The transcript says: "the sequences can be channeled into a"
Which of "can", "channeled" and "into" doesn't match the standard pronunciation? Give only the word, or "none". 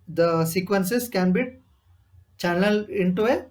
channeled